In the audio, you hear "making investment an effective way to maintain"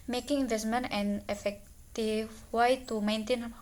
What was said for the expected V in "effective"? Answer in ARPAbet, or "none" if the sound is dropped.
F